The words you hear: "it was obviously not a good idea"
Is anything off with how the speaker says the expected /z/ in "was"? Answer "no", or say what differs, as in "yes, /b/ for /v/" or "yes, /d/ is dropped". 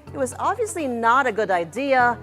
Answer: no